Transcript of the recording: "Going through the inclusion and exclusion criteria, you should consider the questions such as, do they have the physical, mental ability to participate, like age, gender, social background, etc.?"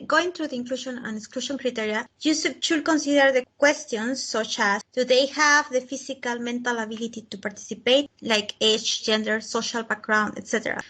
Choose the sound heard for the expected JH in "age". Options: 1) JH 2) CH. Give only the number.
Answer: 2